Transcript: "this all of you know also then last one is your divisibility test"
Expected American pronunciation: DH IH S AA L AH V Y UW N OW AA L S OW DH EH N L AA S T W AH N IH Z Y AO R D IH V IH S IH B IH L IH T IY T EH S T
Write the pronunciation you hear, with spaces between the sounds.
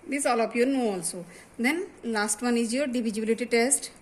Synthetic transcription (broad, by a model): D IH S AA L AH P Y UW N OW AA L S OW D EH N L AA S T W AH N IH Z Y AO R D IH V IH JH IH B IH L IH T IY T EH S T